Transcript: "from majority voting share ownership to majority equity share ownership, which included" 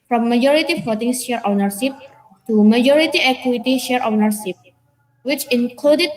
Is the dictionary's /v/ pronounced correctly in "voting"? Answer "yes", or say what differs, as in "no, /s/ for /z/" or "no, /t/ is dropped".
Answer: no, /f/ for /v/